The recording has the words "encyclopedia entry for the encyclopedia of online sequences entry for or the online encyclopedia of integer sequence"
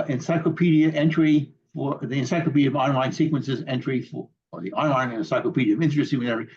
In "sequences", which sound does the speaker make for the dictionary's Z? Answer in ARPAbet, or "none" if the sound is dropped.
Z